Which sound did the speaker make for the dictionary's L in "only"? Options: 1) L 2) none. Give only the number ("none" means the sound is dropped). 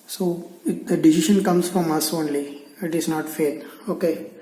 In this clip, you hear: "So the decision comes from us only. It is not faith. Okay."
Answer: 1